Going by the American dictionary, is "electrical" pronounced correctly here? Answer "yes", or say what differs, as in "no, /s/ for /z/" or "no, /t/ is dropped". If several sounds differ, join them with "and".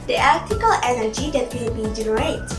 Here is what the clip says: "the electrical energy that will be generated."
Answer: no, /ɹ/ is dropped